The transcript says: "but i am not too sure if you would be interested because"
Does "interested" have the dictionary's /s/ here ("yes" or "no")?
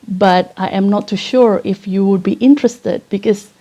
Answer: yes